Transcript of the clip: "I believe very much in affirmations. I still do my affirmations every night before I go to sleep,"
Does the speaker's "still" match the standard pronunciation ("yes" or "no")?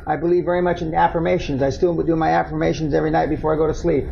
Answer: no